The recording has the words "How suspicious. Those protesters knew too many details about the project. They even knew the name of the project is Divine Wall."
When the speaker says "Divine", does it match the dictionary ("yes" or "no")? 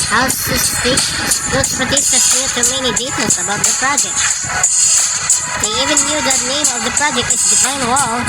no